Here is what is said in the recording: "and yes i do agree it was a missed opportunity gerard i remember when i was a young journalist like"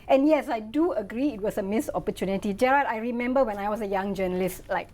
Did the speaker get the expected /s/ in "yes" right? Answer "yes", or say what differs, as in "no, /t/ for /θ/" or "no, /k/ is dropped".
yes